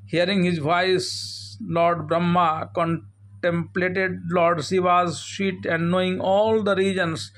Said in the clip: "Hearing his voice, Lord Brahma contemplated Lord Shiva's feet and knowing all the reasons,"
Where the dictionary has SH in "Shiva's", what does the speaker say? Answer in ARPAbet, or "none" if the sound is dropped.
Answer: S